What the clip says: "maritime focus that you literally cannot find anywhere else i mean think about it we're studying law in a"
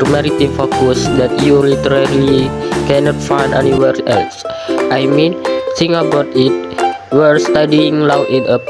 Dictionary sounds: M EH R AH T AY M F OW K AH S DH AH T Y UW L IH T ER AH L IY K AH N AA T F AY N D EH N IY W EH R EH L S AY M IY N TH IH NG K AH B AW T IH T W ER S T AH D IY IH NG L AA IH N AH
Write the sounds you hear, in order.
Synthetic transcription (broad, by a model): M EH R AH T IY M F OW K AH S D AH T Y UW L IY T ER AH L IY K AH N AA T F AY N D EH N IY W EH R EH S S AY M IY N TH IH NG AH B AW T IH T W ER S T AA D IY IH NG L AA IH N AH